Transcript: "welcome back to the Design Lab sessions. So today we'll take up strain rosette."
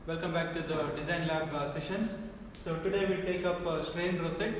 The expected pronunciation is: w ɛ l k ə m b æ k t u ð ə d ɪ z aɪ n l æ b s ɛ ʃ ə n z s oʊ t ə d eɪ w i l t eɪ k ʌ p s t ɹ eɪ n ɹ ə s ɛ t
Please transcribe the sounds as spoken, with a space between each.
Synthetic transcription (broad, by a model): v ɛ l k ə m b æ k t u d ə d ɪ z aɪ n l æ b s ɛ ʃ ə n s s oʊ t ə d eɪ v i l t eɪ k ʌ p s t ɹ eɪ n ɹ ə s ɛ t